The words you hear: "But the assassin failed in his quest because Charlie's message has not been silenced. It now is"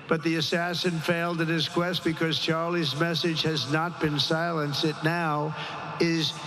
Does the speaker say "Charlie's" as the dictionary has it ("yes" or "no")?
yes